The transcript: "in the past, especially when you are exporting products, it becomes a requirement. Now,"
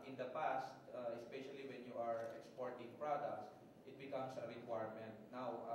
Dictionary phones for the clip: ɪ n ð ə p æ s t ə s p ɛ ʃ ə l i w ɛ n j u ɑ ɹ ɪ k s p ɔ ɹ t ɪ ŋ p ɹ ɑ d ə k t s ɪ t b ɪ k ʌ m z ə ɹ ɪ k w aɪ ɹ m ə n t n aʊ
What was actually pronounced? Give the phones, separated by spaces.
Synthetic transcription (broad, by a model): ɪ n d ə p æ s t ə s p ɛ ʃ ə l i w ɛ n j u ɑ ɹ ɪ k s p ɔ ɹ t ɪ ŋ p ɹ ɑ d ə k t s ɪ t b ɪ k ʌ m s ə ɹ ɪ k w aɪ ɹ m ə n t n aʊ